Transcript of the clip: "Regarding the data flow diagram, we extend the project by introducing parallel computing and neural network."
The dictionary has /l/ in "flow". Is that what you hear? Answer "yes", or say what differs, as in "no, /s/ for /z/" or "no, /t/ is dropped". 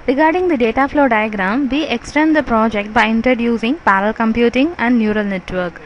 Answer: yes